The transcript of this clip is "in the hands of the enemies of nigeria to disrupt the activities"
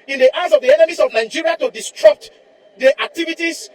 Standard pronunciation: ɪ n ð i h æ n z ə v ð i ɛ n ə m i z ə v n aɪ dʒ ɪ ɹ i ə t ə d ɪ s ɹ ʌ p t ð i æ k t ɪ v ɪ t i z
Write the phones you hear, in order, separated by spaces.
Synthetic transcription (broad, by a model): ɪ n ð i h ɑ z ə v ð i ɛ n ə m i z ə v n aɪ dʒ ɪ ɹ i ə t ə d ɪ s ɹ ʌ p t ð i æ k t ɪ v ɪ t i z